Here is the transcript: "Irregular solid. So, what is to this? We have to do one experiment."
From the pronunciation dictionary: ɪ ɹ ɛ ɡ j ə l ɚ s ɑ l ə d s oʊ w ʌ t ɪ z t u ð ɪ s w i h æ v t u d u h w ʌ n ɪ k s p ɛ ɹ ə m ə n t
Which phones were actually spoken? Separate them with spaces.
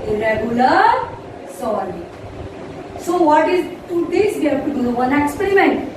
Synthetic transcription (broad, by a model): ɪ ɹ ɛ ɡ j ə l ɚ s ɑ w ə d s oʊ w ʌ t ɪ z t u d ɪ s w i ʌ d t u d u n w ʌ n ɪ k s p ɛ ɹ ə m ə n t